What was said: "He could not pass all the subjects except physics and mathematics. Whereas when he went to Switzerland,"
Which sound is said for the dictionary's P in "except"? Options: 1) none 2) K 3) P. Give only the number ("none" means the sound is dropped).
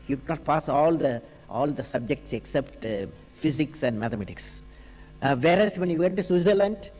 3